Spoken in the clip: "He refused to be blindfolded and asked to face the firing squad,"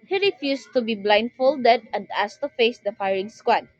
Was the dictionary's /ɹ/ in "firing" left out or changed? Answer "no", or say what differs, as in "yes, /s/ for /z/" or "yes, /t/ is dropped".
no